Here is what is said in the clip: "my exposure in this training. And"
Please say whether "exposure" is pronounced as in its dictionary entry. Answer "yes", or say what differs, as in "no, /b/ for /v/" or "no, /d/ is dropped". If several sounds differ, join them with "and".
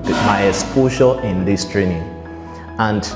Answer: no, /k/ is dropped and /ʃ/ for /ʒ/